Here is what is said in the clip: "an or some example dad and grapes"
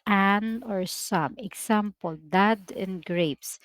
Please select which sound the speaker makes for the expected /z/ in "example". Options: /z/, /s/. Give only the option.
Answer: /s/